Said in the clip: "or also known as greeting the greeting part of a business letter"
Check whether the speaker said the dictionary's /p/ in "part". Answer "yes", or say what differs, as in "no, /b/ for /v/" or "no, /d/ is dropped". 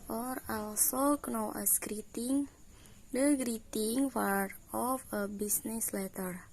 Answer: no, /f/ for /p/